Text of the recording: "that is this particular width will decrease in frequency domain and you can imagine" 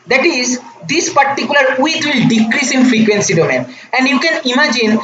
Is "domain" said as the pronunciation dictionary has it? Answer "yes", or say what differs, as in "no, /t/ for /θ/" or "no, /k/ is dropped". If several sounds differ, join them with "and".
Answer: yes